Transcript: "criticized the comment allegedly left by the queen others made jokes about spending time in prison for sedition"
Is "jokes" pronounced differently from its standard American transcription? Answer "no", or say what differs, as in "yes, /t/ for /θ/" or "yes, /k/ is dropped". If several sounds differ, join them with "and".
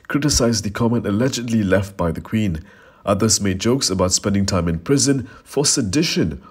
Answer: no